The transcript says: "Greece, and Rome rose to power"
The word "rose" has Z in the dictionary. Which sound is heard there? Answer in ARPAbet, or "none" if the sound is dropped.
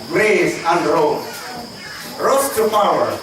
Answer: S